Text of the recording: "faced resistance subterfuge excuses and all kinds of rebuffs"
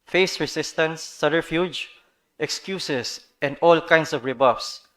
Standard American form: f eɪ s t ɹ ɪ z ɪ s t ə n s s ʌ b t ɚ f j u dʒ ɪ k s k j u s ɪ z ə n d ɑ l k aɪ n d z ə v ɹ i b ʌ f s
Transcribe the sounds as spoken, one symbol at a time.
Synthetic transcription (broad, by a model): f eɪ s ɹ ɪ s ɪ s t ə n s s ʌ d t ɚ f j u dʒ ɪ k s k j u s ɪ s ə n d ɑ l k aɪ n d s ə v ɹ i b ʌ f s